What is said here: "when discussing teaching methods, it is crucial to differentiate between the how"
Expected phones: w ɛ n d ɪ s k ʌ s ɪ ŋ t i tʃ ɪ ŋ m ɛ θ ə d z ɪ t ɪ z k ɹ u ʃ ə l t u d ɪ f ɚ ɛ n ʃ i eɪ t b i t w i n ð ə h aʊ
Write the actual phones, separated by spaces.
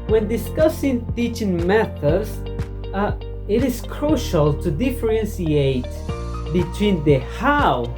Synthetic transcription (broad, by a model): w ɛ n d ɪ s k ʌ s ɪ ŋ t i tʃ ɪ ŋ m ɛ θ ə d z ɪ t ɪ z k ɹ u ʃ ə l t u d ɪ f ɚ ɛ n s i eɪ t b i t w i n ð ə h aʊ